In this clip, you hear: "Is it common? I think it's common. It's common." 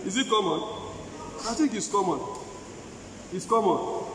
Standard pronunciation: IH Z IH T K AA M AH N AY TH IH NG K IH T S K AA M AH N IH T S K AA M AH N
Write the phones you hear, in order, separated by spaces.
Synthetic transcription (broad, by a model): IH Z IH T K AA M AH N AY T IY K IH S K AA M AH N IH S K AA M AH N